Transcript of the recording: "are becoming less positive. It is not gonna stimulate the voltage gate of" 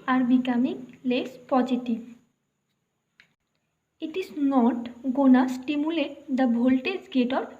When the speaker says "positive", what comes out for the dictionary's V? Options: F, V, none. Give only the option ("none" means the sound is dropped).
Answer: none